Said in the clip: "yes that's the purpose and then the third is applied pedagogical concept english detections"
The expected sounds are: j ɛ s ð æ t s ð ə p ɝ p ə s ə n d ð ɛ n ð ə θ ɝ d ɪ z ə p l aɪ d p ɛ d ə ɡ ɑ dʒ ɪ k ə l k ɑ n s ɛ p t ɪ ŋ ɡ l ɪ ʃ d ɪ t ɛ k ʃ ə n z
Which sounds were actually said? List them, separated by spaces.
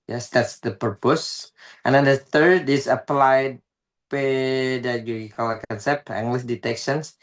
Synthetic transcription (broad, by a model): j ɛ s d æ t s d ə p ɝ p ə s ə n d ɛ n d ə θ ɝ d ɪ s ə p l aɪ d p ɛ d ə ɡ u ɪ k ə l k ɑ n s ɛ p t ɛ ŋ ɡ l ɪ s d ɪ t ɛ k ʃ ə n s